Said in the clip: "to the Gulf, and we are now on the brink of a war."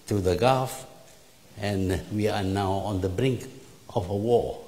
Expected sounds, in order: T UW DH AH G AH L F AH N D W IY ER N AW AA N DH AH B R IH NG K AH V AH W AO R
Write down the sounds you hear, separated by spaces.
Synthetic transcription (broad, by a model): T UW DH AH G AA F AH N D W IY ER N AW AA N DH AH B R IH NG K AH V AH W AO